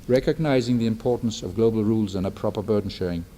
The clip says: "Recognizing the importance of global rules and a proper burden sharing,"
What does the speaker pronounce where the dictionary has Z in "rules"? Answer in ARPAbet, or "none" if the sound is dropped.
Z